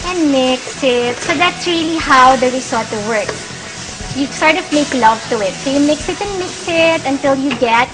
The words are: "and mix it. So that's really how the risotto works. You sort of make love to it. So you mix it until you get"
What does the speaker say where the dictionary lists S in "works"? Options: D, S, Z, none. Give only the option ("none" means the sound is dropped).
none